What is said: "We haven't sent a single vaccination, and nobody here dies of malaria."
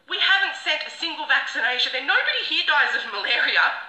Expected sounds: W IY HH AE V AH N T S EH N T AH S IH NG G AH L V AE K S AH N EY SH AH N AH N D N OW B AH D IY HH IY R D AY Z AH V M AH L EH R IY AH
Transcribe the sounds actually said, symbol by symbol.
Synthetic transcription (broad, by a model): W IY HH AE V AH N T S EH T AH S IH NG G AH L V AE K S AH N EY SH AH N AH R N OW B AH D IY HH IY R D AY Z AH V M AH L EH R IY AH